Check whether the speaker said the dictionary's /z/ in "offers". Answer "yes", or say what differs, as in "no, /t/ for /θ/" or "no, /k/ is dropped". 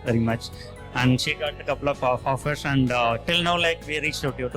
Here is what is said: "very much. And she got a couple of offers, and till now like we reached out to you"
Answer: no, /s/ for /z/